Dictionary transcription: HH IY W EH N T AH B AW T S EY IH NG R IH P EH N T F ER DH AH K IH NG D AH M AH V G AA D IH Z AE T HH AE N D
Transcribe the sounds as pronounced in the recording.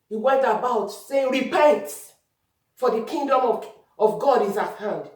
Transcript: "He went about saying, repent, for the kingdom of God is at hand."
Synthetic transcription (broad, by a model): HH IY W EH N T AH B AW T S EY R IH B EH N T F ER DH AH K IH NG D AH M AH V G AA D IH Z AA T HH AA N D